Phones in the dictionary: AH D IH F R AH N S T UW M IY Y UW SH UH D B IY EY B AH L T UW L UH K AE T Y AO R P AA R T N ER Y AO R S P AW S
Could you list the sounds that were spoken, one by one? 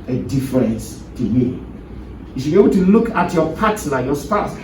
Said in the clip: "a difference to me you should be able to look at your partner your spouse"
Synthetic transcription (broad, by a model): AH D IH F R AH N S T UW M IY Y UW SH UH B IY EY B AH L T UW L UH K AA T Y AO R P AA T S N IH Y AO S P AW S